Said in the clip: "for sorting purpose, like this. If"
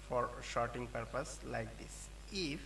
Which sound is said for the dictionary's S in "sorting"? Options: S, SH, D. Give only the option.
SH